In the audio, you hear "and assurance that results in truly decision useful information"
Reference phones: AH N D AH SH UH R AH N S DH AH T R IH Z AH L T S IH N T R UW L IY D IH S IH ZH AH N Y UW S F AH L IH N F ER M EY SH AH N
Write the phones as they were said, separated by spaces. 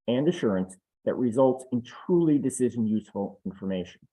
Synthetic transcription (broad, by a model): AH N D AH SH UH R AH N S DH AH T R IH Z AH L T S IH N T R UW L IY D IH S IH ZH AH N Y UW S F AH L IH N F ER M EY SH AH N